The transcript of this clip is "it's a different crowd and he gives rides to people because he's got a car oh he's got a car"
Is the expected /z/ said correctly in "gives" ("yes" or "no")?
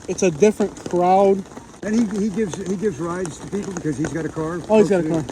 yes